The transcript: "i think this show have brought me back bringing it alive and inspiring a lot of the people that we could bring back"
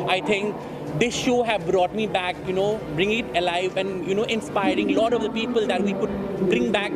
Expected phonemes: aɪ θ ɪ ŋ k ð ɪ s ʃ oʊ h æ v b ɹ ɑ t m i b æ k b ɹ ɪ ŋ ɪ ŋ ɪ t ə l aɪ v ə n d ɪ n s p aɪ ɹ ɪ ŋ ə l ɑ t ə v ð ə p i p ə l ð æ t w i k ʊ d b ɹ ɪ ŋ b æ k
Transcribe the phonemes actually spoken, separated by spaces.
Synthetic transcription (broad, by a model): aɪ t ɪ ŋ k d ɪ s ʃ oʊ h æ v b ɹ ɑ t m i b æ k b ɹ ɪ ŋ ɪ ŋ ɪ t ə l aɪ v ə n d ɪ n s p aɪ ɹ ɪ ŋ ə l ɑ t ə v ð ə p i p ə l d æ t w i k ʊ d b ɹ ɪ ŋ b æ k